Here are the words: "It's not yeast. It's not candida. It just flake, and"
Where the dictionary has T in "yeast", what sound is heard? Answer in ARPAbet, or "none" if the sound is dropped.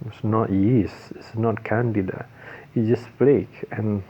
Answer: none